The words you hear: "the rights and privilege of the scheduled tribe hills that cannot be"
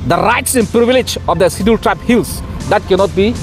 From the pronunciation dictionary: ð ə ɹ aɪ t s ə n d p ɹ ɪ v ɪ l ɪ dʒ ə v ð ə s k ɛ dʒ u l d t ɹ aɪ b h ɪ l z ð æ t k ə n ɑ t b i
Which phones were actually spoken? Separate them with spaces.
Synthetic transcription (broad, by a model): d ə ɹ aɪ t s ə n p ɹ ɪ v ɪ l ɪ dʒ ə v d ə s ɪ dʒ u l t ɹ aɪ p h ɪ l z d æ t k ə n ɑ t b i